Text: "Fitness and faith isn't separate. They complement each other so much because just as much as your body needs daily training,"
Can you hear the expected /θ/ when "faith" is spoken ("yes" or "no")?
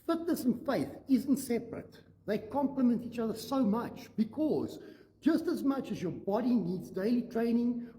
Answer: yes